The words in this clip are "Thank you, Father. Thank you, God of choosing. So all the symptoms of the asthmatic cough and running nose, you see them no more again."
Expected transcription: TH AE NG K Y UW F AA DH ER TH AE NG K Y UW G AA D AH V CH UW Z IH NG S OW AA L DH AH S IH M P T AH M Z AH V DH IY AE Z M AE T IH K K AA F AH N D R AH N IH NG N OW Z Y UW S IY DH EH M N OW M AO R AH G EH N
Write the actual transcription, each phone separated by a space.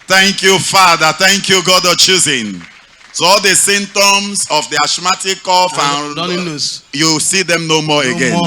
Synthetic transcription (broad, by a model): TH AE NG K Y UW F AA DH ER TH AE NG K Y UW G AA D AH CH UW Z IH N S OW AA L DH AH S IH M T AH M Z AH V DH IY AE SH M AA T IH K K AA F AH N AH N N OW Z Y UW S IY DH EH M N OW M AO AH G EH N